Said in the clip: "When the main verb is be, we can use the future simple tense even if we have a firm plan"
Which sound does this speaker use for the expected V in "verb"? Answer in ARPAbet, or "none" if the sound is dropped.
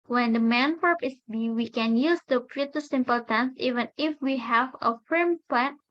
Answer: P